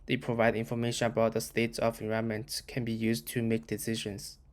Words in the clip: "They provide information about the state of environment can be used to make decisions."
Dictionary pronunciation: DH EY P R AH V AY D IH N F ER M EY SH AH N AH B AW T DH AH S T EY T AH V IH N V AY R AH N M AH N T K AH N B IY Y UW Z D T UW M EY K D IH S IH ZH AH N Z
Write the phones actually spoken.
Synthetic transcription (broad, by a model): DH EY P R AH V AY D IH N F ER M EY SH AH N AH B AW T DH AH S T EY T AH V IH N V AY AH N M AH N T K AH N B IY Y UW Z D T UW M EY K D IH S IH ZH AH N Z